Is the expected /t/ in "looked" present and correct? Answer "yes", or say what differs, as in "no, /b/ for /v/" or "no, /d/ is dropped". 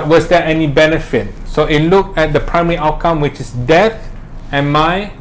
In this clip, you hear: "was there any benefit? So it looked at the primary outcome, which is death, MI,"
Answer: no, /t/ is dropped